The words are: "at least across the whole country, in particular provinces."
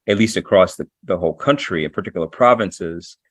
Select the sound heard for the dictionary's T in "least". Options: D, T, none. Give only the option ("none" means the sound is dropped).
T